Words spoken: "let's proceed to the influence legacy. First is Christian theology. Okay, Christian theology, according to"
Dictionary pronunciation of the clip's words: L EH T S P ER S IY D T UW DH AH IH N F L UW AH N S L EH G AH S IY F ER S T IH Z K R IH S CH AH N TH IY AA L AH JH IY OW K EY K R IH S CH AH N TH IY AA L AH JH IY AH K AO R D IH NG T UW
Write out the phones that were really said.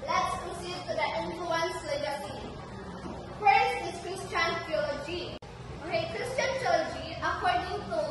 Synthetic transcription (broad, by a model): L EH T S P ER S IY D T UW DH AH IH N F L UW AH N S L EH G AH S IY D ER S IH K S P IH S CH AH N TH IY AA L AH JH IY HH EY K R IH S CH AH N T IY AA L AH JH IY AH K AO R D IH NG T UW